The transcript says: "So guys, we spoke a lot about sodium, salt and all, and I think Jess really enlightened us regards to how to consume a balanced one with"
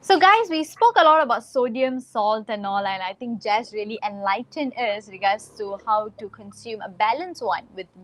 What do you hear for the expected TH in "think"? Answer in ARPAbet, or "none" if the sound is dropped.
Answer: T